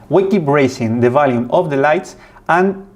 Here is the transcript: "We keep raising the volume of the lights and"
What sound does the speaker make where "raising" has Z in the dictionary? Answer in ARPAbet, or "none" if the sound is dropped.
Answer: S